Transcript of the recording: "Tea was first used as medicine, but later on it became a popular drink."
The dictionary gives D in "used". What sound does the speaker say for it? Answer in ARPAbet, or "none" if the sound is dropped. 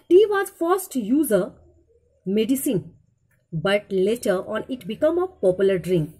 none